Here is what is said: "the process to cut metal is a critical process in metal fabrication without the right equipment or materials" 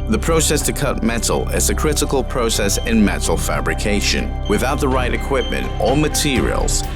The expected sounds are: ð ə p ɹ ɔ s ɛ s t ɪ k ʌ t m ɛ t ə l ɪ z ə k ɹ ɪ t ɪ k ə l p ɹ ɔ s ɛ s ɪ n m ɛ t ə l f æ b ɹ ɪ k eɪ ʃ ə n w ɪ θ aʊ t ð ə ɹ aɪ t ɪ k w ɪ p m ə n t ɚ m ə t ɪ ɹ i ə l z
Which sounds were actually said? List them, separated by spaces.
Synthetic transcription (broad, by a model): ð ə p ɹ ɔ s ɛ s t ɪ k ʌ t m ɛ t l ɪ z ə k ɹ ɪ t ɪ k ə l p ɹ ɔ s ɛ s ɪ n m ɛ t l f æ b ɹ ɪ k eɪ ʃ ə n w ɪ θ aʊ t ð ə ɹ aɪ t ɪ k w ɪ p m ə n t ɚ m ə t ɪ ɹ i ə l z